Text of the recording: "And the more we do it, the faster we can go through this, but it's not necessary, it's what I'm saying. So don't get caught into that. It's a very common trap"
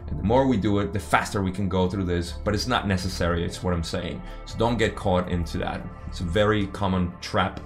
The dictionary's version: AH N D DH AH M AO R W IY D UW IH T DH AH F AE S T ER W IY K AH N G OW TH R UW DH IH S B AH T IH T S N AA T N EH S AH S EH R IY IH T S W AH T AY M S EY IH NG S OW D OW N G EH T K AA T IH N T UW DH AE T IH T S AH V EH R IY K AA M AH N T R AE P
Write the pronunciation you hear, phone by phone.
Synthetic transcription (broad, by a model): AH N DH AH M AO R W IY D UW IH T DH AH F AE S T ER W IY K AH N G OW TH R UW DH IH S B AH T IH T S N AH T N EH S AH S EH R IY IH T S W AH T AY M S EY IH NG S OW D OW N G EH T K AA T IH N T UW DH AE T IH T S AH V EH R IY K AA M AH N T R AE P